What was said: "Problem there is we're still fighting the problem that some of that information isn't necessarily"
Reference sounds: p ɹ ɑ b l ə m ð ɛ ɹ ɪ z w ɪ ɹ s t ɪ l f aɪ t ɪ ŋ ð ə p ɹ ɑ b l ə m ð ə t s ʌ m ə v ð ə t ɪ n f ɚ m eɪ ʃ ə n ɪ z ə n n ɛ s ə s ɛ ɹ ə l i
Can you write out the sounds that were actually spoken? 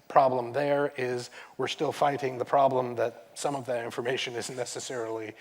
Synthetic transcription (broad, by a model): p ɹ ɑ b l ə m ð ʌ ɹ ɪ z w ɪ ɹ s t ɪ l f aɪ t ɪ ŋ ð ə p ɹ ɑ b l ə m ð ə t s ʌ m ə v ð ə t ɪ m f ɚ m eɪ ʃ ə n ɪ z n n ɛ s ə s ɛ ɹ l i